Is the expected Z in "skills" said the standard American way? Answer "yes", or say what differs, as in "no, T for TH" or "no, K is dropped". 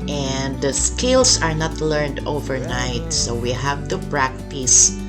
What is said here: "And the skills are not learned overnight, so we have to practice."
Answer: no, S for Z